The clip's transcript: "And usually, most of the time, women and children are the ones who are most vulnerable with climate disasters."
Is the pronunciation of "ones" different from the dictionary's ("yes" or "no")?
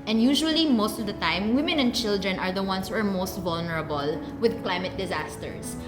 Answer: yes